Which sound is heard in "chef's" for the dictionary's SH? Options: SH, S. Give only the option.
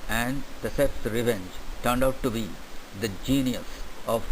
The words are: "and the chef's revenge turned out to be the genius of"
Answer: S